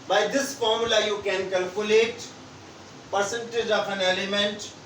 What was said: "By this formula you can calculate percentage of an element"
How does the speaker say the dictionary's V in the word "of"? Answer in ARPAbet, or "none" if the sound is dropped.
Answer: P